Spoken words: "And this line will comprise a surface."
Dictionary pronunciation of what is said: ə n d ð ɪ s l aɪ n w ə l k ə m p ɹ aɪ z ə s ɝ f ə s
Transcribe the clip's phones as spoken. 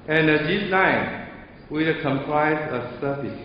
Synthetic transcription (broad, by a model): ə n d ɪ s n aɪ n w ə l k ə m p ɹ aɪ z ə s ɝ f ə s